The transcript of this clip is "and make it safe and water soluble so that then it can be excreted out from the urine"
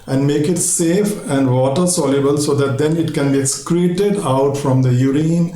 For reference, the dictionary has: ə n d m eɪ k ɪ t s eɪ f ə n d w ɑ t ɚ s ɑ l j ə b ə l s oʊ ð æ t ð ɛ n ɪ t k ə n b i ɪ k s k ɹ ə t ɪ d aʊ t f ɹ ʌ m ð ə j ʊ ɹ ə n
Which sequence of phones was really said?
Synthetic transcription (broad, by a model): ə n d m eɪ k ɪ t s eɪ f ə n d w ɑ t ɚ s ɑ l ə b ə l s oʊ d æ t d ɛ n ɪ t k ə n b i ɪ k s k ɹ ə t ɪ d aʊ t f ɹ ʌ m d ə j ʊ ɹ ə n